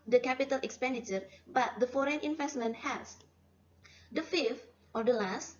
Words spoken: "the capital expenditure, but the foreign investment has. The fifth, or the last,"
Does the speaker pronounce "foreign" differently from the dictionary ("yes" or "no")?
no